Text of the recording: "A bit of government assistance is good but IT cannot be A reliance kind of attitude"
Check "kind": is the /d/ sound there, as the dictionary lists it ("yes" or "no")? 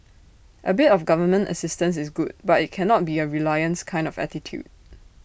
yes